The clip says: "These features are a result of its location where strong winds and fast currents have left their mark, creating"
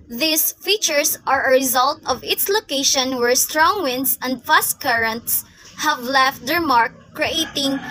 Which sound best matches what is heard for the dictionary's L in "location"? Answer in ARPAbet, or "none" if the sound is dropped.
L